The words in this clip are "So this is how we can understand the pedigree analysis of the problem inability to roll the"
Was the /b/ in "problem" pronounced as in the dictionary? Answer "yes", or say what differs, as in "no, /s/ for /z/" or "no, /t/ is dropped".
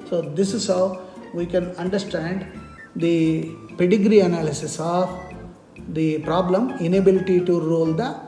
yes